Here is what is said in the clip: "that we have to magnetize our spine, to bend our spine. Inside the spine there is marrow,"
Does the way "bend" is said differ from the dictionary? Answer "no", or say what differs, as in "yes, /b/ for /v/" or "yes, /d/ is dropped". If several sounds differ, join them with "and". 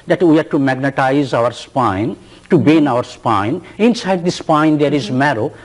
yes, /d/ is dropped